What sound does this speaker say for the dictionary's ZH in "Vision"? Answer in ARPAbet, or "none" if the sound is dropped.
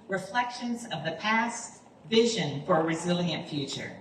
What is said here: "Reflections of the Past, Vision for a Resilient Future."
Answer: ZH